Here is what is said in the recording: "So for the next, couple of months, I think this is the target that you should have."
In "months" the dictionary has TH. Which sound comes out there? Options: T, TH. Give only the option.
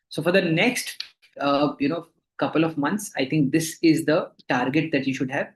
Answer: T